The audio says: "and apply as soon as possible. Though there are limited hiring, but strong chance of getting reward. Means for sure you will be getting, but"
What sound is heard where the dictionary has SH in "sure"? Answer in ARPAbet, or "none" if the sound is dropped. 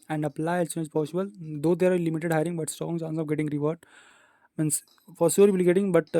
S